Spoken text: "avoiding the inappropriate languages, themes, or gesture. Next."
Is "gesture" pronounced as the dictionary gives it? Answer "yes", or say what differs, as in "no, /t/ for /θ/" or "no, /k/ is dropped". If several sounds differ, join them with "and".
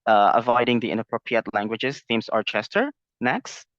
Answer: no, /tʃ/ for /dʒ/